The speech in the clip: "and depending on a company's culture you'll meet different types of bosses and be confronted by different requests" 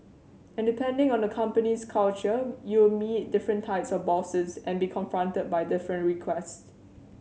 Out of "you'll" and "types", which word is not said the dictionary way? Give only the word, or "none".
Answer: you'll